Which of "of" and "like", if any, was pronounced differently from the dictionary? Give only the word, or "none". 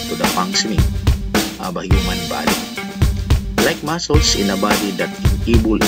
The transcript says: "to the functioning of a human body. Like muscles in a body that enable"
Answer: of